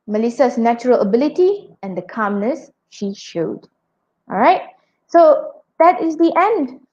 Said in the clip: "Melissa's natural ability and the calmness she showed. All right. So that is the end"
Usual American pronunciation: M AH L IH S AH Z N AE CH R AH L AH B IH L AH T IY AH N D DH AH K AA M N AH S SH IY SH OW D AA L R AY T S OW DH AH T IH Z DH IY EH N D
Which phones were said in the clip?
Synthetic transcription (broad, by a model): M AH L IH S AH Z N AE CH R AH L AH B IH L AH T IY AH N D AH K AA M N AH S SH IY SH OW D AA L R AY T S OW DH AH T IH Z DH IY EH N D